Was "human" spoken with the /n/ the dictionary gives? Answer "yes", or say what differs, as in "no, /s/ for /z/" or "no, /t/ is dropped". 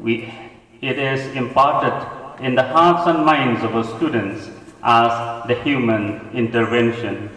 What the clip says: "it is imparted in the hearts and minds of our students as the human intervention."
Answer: yes